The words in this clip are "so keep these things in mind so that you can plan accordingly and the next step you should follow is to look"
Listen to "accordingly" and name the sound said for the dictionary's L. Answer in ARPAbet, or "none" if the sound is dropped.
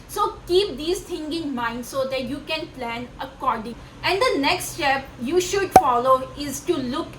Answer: none